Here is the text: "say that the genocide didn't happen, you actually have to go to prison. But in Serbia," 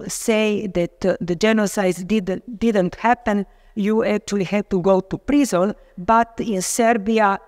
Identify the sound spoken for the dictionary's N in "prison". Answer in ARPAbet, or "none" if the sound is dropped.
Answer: L